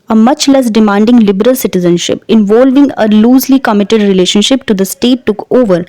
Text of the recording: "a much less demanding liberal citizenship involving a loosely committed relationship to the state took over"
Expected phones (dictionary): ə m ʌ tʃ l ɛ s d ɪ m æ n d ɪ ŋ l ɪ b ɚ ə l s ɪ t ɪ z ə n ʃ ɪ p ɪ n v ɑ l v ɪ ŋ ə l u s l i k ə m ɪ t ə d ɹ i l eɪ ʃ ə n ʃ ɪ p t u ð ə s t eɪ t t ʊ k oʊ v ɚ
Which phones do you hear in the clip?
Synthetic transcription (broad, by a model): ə m ʌ tʃ l ɛ s d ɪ m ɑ n d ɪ ŋ l ɪ b ɚ ə l s ɪ t ɪ z ə n ʃ ɪ p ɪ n v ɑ l v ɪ ŋ ə l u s l i k ə m ɪ t ə d ɹ i l eɪ ʃ ə n ʃ ɪ p t u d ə s t eɪ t t ʊ k oʊ v ɚ